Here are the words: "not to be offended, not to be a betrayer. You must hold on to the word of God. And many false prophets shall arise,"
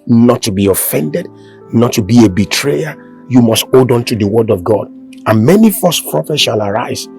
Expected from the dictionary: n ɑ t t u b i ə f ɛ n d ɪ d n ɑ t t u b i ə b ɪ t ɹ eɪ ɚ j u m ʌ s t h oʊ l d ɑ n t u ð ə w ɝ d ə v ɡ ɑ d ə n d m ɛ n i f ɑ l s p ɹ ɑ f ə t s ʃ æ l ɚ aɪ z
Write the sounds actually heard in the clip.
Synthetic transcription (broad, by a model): n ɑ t t u b i ə f ɛ n d ɪ d n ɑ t t u b i ə b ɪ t ɹ eɪ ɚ j u m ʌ s t oʊ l d ɑ n t u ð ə w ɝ d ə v ɡ ɑ d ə n m ɛ n i f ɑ s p ɹ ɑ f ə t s ʃ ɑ l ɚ aɪ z